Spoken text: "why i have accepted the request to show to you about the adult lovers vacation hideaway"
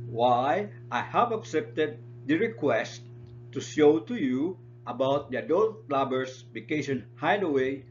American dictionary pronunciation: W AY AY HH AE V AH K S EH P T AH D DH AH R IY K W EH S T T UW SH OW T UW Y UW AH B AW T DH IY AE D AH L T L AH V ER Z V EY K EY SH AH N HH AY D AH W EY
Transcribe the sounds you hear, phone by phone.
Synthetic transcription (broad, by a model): W AY AY HH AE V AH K S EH P T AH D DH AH R IY K W EH S T T UW SH OW T UW Y UW AH B AW T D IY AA D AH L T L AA B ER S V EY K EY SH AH N HH AY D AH W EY